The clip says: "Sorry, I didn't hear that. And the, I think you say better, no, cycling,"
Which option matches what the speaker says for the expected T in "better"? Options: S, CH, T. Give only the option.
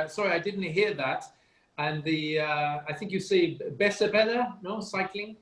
S